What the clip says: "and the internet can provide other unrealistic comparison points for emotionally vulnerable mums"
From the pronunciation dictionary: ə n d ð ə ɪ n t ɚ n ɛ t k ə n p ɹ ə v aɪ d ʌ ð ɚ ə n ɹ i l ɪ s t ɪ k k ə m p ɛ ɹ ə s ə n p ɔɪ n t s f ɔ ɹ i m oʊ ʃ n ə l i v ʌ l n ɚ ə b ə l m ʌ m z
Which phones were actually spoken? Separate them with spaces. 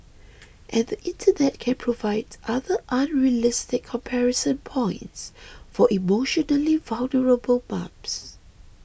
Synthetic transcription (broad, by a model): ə n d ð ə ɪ n t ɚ n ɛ t k ə n p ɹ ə v aɪ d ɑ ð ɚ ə n ɹ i l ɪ s t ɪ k k ə m p ɛ ɹ ə s ə n p ɔɪ n t s f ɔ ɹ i m oʊ ʃ n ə l i v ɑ l n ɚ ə b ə l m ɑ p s